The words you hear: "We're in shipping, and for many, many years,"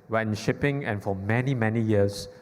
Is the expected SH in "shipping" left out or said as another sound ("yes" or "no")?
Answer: no